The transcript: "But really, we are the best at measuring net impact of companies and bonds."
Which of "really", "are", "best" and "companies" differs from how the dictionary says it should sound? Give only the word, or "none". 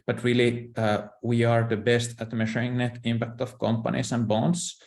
companies